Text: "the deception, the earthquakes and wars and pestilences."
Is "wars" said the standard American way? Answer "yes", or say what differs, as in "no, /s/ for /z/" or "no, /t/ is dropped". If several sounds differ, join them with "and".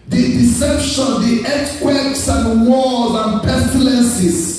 no, /l/ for /ɹ/